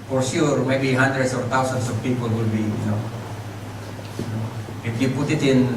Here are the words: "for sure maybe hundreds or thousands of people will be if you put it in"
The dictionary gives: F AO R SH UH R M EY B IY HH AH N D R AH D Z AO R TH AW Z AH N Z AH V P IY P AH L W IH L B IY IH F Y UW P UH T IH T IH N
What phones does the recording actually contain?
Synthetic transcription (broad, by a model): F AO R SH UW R M EY B IY HH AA N D R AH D S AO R T AW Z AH N S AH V P IY P AH L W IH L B IY IH F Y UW P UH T IH T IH N